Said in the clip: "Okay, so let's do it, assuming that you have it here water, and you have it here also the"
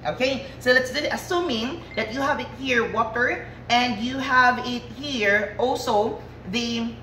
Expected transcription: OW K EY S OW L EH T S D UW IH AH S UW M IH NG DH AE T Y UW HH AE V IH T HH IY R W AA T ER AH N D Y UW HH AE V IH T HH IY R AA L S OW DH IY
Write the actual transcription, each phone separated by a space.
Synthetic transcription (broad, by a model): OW K EY S OW L EH T S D IH AH S UW M IH NG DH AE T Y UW HH AE V IH T HH IY R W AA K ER AH N D Y UW HH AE V IH T HH IY R AA L S OW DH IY